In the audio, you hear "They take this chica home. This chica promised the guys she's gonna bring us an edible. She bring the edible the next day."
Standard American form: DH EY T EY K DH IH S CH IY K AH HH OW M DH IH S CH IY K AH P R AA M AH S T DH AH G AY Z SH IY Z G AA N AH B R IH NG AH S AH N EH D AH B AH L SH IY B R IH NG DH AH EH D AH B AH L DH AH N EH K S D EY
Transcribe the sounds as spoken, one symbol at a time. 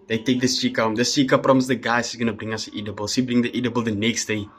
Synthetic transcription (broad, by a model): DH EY T EY K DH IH S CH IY K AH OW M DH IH S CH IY K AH P R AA M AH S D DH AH G AY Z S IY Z G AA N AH B R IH NG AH S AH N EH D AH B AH L S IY B R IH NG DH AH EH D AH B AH L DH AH N EH K S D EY